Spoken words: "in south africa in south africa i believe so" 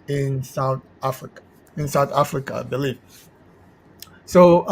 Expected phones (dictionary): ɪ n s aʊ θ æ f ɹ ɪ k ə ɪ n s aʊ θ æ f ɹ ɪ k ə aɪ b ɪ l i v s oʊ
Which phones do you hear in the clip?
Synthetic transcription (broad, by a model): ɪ n s aʊ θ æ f ɹ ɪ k ɪ n s aʊ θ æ f ɹ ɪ k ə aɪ b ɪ l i f s oʊ